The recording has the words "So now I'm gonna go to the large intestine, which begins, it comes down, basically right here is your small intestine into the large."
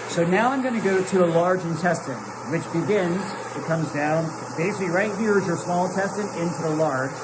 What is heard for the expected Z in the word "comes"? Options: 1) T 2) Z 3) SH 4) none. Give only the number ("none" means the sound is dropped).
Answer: 2